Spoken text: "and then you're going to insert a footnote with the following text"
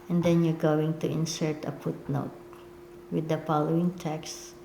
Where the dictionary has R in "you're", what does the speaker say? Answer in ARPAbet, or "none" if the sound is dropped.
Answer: R